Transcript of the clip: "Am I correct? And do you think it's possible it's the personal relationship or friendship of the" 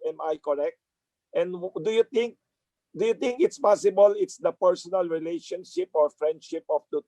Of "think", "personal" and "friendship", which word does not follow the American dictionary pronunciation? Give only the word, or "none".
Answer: think